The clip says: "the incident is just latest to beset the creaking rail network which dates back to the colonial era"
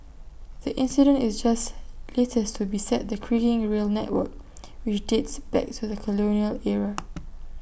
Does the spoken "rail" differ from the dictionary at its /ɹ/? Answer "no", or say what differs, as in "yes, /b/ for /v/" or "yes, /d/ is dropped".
no